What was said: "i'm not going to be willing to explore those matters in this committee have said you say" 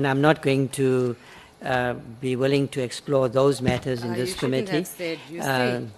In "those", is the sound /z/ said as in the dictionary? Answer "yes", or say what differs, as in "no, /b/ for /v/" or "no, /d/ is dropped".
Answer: yes